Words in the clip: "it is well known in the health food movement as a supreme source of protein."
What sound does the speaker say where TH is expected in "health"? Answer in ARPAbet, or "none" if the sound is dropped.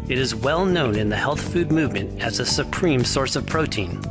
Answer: TH